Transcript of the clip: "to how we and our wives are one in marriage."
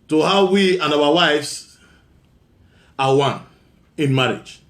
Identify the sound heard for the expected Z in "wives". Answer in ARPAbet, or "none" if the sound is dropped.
S